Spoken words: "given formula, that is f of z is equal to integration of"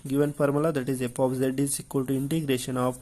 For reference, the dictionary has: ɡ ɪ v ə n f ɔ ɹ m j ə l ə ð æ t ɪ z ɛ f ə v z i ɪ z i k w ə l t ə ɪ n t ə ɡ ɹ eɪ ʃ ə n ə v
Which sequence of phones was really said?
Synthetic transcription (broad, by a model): ɡ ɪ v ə n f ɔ ɹ m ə l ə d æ t ɪ z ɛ p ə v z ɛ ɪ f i k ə l t ə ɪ n t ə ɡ ɹ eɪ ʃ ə n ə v